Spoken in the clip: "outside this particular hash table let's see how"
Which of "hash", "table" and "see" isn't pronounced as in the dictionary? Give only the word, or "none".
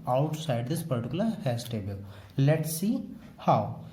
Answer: hash